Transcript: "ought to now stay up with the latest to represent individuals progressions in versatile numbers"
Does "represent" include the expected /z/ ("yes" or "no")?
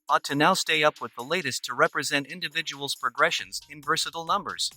yes